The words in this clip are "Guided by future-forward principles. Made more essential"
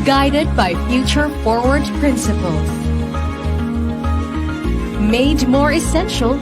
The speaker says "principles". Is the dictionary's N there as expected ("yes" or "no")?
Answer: yes